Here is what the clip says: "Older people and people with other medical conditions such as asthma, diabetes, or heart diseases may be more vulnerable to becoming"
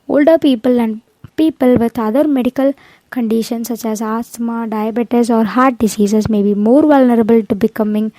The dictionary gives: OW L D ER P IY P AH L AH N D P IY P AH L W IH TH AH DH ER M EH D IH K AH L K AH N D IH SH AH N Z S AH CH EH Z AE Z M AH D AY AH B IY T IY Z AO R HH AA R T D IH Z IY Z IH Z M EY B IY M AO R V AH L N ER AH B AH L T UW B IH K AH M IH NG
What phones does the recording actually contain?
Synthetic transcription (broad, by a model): OW L D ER P IY P AH L AH N D P IY P AH L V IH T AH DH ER M EH D IH K AH L K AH N D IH SH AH N S AH CH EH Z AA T M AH D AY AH B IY T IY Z AO R HH AA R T D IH S IY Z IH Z M EY B IY M AO R V AH L N ER AH B AH L T UW B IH K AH M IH NG